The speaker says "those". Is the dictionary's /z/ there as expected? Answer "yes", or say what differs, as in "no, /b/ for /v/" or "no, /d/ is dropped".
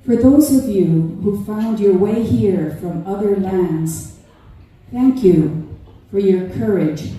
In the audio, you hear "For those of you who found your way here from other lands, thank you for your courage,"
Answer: yes